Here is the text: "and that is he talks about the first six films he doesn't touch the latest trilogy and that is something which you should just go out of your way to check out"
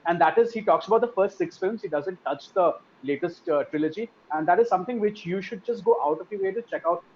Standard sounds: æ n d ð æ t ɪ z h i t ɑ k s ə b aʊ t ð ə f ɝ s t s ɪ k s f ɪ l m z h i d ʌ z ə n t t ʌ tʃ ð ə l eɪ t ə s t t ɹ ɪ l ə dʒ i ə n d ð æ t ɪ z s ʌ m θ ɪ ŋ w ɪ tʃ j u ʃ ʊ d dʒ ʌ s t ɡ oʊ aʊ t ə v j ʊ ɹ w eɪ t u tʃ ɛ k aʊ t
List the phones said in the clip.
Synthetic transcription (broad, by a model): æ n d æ t ɪ z h i t ɑ k s ə b aʊ t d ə f ɝ s t s ɪ k s f ɪ l m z h i d ʌ z ə n t t ʌ tʃ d ə l eɪ t ə s t t ɹ ɪ l ə dʒ i ə n d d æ t ɪ z s ʌ m t ɪ ŋ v ɪ tʃ j u ʃ ʊ d dʒ ʌ s t ɡ oʊ aʊ t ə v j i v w eɪ t u tʃ ɛ k aʊ t